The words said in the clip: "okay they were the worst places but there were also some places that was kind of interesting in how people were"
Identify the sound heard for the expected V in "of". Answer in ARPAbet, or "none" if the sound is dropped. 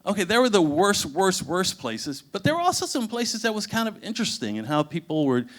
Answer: V